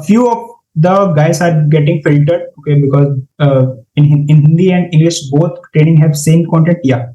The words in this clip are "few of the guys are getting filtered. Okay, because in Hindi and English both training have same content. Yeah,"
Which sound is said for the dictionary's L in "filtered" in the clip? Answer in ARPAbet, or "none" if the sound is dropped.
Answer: L